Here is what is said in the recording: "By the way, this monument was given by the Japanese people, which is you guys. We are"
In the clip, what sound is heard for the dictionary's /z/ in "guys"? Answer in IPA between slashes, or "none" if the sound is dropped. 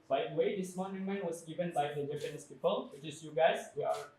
/s/